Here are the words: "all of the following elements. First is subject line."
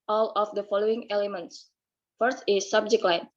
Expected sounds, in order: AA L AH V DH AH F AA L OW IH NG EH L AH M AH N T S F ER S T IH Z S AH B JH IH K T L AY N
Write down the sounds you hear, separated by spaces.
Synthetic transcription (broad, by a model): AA L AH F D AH F AA L OW IH NG EH L AH M AH N T S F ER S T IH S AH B JH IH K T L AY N